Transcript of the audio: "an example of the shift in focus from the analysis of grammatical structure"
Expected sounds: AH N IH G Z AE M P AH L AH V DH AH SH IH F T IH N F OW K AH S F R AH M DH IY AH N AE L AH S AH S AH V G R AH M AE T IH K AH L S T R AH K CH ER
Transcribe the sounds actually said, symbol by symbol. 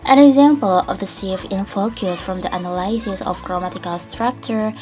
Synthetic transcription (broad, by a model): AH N IH G Z AE M P AH L AH V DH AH S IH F IH N F OW K AH S F R AH M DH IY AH N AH L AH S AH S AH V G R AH M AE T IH K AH L S T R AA K CH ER